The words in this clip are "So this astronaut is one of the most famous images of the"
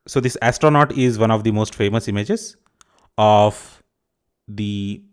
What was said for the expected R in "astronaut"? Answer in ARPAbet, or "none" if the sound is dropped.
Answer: R